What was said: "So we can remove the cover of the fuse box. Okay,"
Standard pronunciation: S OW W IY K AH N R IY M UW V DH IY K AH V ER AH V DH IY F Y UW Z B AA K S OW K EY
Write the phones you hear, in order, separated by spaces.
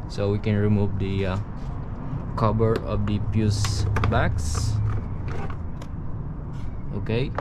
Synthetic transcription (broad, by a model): S OW W IY K AH N R IY M UW V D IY K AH B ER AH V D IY P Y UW S B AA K S OW K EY